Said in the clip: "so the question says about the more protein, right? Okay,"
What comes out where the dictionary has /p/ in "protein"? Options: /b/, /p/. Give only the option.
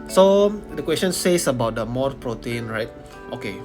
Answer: /p/